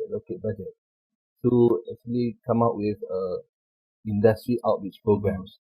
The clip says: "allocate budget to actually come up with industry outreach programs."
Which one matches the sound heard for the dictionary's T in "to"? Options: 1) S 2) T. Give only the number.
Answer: 1